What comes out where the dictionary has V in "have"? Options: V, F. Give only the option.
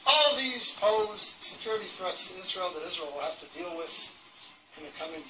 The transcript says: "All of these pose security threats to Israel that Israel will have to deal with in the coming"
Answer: F